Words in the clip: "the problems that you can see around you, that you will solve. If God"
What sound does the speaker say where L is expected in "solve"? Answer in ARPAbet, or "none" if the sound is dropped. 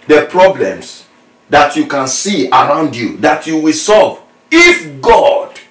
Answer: L